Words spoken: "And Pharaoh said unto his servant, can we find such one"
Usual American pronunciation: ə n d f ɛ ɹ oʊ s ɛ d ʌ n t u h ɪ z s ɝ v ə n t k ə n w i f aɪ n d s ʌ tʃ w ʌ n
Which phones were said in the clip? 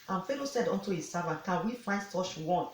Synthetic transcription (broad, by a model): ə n f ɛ l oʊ s ɛ d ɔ n t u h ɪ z s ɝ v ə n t k ə n w i f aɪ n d s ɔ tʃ w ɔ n